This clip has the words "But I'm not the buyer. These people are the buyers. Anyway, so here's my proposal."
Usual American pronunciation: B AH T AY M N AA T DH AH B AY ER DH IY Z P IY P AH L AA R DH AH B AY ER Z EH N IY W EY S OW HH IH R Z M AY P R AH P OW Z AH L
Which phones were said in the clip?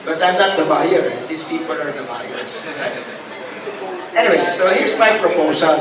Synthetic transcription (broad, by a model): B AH T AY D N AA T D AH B AY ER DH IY S P IY P AH L AA R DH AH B AY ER S EH N IY W EY S OW HH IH R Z M AY P R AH P OW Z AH L